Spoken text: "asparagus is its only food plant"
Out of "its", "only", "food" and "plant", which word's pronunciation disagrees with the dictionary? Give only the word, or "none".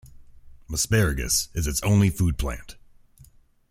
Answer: none